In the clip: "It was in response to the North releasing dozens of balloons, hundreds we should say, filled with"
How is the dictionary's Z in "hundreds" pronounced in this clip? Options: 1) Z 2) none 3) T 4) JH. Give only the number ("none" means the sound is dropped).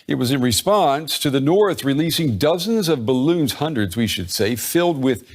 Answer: 1